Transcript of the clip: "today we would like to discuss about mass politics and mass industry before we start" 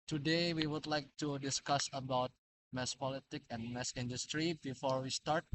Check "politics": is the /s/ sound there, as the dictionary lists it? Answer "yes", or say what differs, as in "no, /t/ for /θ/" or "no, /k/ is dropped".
no, /s/ is dropped